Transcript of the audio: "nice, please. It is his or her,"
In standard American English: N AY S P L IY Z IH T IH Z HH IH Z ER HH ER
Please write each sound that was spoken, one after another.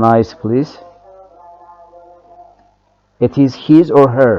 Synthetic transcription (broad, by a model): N AY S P L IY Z IH T IH Z HH IH Z ER HH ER